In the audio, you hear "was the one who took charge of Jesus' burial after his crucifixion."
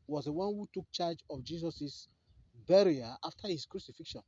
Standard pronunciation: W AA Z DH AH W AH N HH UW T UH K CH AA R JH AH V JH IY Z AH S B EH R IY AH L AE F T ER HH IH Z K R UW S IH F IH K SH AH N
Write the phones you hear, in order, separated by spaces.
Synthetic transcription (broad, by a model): W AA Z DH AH W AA N HH UW T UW K CH AA JH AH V JH IY S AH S B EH R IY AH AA F T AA HH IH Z K R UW S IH F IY K SH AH N